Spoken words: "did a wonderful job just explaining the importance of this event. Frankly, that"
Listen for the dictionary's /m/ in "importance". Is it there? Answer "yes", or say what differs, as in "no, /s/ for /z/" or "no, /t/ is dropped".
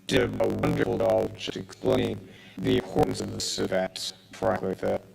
no, /m/ is dropped